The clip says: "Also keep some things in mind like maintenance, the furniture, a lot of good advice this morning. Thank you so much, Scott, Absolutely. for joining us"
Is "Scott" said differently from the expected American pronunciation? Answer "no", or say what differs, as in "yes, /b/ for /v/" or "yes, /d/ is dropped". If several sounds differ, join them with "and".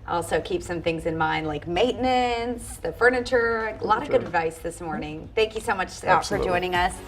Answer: yes, /k/ is dropped